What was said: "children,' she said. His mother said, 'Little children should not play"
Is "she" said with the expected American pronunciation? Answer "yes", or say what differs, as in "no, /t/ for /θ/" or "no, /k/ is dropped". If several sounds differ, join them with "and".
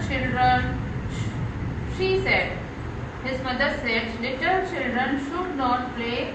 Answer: yes